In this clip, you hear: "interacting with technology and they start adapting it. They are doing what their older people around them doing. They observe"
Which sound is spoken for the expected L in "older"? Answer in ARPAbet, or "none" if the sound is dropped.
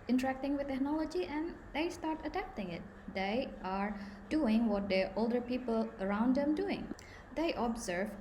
L